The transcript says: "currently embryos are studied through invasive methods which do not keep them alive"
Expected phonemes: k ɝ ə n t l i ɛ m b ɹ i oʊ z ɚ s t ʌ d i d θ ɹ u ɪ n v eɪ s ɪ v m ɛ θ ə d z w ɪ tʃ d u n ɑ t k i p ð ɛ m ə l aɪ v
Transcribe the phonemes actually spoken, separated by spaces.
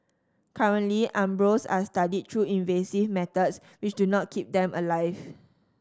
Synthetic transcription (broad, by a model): k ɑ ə n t l i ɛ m b ɹ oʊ s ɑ s t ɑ d i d t ɹ u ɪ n v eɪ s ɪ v m ɛ t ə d s w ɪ tʃ d u n ɑ t k i p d ɛ m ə l aɪ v